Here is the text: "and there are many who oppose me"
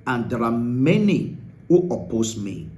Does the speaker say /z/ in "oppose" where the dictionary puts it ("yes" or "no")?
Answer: no